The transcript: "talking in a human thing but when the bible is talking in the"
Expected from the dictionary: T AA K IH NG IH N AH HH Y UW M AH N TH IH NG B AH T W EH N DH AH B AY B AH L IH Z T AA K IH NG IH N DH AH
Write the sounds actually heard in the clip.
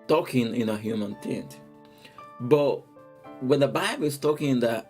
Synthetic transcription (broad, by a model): T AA K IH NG IH N AH HH Y UW M AH N T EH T B AH T W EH N DH AH B AY B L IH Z T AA K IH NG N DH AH